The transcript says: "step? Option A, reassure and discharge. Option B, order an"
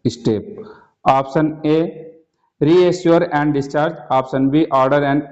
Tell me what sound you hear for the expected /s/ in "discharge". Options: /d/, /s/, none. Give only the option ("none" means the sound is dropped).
/s/